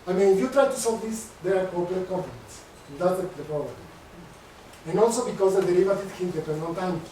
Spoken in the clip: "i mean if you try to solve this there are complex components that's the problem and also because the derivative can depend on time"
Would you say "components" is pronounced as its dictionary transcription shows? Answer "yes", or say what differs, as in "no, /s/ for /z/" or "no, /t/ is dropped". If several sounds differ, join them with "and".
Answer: no, /f/ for /p/